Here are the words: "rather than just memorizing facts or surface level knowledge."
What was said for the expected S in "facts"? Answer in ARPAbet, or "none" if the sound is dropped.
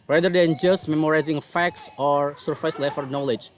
S